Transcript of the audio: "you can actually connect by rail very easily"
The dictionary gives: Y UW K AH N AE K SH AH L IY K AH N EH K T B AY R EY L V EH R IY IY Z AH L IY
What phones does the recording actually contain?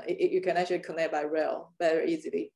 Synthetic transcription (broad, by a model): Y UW K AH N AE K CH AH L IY K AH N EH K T B AY R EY L B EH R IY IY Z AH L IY